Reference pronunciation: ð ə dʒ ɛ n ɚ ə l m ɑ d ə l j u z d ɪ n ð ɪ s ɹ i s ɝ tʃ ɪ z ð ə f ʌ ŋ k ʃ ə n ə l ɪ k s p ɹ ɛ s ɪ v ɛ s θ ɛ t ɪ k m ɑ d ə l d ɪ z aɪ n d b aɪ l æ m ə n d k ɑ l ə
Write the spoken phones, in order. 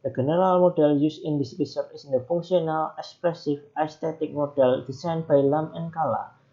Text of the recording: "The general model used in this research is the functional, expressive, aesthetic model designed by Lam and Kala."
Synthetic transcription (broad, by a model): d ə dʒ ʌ n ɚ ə l m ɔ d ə l j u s ɪ n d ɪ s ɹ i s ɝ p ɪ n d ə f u ŋ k s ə n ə l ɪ k s p ɹ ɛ s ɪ f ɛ s t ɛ t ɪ k m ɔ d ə l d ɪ s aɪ n b aɪ l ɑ m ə n k ɑ l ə